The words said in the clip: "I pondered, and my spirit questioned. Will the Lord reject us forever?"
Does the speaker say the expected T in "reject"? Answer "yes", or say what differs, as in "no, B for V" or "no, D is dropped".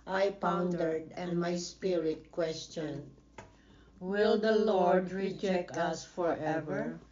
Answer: yes